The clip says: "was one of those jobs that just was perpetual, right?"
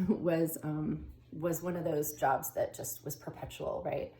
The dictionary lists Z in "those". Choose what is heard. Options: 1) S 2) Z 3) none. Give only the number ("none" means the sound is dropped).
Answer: 2